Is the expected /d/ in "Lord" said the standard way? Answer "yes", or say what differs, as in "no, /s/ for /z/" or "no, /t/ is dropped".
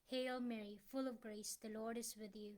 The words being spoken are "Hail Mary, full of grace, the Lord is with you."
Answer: yes